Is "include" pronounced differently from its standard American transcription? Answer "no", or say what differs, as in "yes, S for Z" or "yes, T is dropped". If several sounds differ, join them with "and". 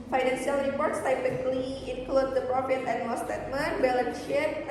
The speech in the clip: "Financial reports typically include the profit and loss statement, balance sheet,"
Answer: no